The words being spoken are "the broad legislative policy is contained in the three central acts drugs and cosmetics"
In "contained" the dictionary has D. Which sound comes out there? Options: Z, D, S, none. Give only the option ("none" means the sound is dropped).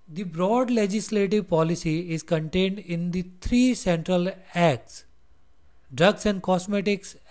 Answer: D